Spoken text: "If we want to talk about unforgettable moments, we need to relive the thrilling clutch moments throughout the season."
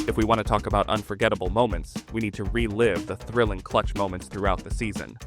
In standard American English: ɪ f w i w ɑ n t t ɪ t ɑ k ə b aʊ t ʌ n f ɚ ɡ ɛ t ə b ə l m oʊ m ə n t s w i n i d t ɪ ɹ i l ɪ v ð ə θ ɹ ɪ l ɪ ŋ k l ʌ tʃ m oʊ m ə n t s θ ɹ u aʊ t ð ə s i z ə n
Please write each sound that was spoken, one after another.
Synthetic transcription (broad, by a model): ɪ f w i w ɑ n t t ɪ t ɑ k ə b aʊ t ʌ n f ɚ ɡ ɛ t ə b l m oʊ m ə n t s w i n i d t ɪ ɹ i l ɪ v ð ə θ ɹ ɪ l ɪ ŋ k l ʌ tʃ m oʊ m ə n t s θ ɹ u aʊ t ð ə s i z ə n